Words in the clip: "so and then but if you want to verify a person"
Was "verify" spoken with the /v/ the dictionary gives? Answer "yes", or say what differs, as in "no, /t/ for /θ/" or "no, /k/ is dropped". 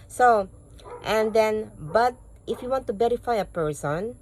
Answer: no, /b/ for /v/